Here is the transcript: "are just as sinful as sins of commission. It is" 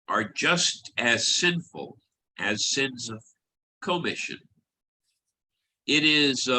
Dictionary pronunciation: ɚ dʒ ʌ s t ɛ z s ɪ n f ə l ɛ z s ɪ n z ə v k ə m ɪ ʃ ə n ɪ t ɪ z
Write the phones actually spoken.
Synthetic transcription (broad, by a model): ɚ dʒ ʌ s t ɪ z s ɪ n f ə l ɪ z s ɪ n z ə v k ə m ɪ ʃ ə n ɪ t ɪ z